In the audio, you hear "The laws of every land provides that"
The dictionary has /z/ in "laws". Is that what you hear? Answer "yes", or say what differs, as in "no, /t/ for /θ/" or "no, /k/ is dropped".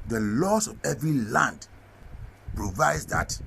no, /s/ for /z/